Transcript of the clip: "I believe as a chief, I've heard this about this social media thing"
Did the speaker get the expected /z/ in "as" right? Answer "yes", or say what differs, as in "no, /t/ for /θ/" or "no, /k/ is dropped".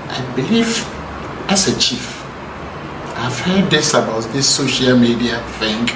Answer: no, /s/ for /z/